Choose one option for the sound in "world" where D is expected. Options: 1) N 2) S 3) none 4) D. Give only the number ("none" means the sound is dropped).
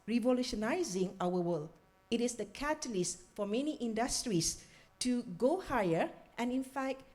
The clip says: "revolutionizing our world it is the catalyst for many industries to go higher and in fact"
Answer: 3